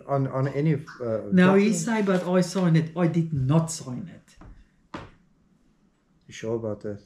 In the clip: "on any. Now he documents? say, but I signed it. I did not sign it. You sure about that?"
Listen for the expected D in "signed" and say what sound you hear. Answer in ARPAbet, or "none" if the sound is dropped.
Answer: none